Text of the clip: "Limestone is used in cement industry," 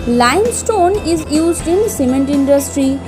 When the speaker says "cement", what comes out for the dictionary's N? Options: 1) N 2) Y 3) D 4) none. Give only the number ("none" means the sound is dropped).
1